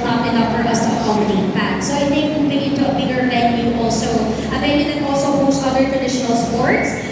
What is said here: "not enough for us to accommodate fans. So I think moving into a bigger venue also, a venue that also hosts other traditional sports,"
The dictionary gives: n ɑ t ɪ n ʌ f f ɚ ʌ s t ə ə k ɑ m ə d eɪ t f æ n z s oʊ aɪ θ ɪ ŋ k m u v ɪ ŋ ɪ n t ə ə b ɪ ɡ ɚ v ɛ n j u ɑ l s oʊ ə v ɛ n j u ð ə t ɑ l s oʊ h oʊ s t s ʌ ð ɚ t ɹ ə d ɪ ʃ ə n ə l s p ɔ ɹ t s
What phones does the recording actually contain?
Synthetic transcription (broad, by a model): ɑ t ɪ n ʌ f f ɚ ʌ s t ə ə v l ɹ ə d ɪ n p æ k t s oʊ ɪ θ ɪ k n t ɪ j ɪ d t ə ə b ɪ ɡ ɚ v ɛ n j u ɑ l s oʊ ə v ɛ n j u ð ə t ɑ l s oʊ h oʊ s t ʌ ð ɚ t ɹ ə d ɪ ʃ ə n ə l s p ɔ ɹ t s